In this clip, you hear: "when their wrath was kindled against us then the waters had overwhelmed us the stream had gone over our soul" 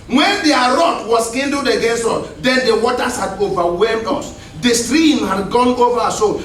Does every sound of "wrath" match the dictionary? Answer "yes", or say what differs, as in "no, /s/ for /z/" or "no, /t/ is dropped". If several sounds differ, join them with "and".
no, /t/ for /θ/